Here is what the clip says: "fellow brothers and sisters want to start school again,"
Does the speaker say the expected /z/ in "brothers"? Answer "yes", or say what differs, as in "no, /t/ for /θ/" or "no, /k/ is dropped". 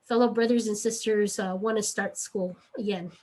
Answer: yes